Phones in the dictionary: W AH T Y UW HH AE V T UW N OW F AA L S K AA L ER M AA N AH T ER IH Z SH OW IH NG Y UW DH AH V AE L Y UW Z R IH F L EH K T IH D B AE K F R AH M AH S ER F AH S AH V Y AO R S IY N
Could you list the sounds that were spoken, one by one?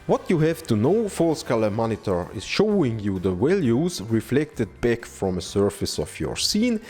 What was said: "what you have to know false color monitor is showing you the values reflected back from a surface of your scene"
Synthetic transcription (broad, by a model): W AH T Y UW HH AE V T UW N OW F AA L S K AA L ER M AA N AH T ER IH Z SH OW IH NG Y UW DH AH W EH L Y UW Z R IH F L EH K T IH D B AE K F R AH M AH S ER F AH S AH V Y AO R S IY N